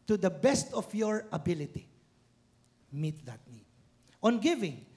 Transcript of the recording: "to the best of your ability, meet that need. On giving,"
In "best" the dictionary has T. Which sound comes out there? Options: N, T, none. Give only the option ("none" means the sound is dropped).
T